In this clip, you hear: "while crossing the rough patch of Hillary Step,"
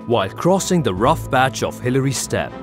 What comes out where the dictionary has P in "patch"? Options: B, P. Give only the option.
B